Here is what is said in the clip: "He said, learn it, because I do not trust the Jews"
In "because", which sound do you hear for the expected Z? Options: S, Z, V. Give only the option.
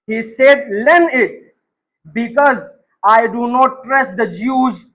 Z